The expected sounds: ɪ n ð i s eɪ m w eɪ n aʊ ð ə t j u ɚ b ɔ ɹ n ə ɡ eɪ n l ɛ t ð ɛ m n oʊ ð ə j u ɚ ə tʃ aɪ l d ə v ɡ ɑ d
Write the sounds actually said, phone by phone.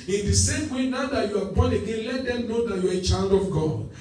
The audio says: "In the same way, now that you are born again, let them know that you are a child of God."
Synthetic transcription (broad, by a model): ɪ n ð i s eɪ m w eɪ n aʊ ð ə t j u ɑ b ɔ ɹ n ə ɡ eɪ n l ɛ t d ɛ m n oʊ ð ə j u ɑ ə tʃ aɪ n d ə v ɡ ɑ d